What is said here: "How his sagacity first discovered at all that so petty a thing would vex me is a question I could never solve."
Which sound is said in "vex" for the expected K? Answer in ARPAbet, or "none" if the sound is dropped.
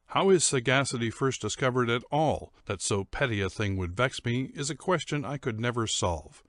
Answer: K